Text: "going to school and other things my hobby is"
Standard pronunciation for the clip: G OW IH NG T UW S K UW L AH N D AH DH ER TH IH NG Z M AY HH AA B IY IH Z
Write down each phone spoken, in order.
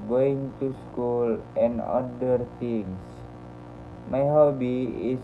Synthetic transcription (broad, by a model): G OW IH NG T UW S K UW L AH N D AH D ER T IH NG S M AY HH AA B IY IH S